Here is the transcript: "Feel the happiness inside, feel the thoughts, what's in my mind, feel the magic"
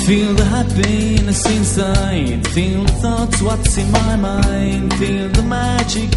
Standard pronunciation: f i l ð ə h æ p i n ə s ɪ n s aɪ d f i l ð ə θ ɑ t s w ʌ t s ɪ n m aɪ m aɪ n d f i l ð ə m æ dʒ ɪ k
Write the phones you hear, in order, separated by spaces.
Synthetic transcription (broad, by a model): f i l ð ə h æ b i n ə s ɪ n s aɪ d f i l ð ə θ ɑ t s w ʌ t s ɪ n m aɪ m aɪ n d f i l ð ə m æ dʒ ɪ k